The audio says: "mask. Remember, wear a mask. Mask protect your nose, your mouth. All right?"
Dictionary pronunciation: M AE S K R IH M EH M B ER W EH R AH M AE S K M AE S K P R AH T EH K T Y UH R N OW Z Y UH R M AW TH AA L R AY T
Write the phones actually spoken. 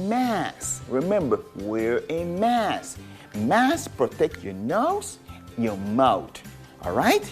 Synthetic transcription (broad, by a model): M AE S R IH M EH M B ER W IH R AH M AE S M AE S P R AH T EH K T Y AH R N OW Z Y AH M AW T AA L R AY T